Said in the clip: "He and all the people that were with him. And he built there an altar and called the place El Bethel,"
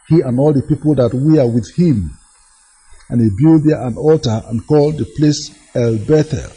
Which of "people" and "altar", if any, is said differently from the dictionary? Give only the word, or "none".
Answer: none